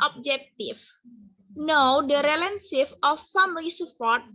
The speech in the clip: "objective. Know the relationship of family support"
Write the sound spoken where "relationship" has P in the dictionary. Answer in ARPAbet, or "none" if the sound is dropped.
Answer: F